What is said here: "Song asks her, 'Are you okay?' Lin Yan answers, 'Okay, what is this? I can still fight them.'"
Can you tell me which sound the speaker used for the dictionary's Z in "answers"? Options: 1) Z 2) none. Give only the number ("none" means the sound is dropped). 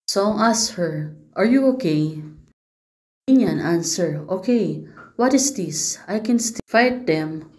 2